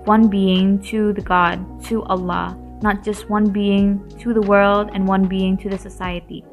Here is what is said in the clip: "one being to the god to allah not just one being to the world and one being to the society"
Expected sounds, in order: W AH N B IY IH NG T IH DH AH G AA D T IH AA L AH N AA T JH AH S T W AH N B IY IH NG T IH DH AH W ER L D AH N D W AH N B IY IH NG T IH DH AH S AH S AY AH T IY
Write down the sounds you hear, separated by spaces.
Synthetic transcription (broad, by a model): W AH N B IY IH NG T IH DH AH G AA D T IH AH L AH N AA T JH AH S T W AH N B IY IH NG T IH DH AH W ER L D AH N W AH N B IY IH NG T IH DH AH S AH S AY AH T IY